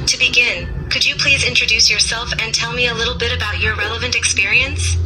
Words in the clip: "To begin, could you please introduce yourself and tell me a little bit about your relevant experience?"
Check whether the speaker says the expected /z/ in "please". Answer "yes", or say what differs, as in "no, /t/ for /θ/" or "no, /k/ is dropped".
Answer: yes